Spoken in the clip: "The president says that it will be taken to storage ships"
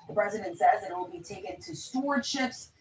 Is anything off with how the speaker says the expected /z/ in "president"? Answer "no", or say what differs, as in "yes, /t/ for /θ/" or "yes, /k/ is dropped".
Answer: no